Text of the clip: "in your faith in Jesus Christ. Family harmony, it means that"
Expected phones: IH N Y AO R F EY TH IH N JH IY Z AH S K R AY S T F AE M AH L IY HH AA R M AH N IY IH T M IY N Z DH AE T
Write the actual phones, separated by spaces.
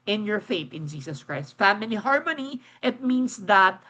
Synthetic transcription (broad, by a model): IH N Y AO R F EY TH IH N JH IY S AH S K R AY S T F AE M AH L IY HH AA R M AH N IY IH T M IY N S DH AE T